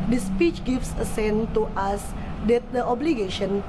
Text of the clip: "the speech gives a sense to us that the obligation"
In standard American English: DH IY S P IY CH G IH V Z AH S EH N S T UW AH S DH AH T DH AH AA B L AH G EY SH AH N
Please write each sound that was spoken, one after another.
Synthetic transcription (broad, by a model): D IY S P IY CH G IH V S AH S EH N T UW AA S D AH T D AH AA B L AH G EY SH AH N